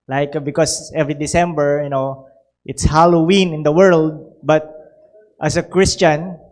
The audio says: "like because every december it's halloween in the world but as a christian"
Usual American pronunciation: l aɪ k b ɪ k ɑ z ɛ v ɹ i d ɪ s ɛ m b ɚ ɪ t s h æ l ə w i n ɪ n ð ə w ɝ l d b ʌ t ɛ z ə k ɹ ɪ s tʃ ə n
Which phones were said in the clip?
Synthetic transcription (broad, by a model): l aɪ k b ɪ k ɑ s ɛ v ɹ i d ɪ s ɛ m b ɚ ɪ t s h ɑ l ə w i n ɪ n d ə w ɝ l d b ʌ t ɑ s ə k ɹ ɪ s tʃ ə n